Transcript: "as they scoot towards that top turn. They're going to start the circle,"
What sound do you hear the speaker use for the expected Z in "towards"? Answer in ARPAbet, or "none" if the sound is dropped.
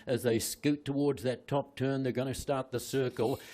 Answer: Z